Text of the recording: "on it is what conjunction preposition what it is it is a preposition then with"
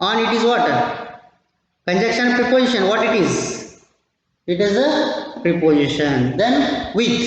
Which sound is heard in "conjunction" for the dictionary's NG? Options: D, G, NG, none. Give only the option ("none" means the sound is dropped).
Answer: none